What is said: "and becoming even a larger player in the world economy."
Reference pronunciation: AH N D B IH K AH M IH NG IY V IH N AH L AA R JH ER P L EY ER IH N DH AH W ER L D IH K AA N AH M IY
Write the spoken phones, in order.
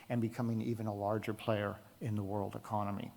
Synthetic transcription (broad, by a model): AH N B IH K AH M IH NG IY V IH N AH L AA R JH ER P L EY ER IH N DH AH W ER L D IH K AA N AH M IY